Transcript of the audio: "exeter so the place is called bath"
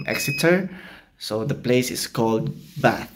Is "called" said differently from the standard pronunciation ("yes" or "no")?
no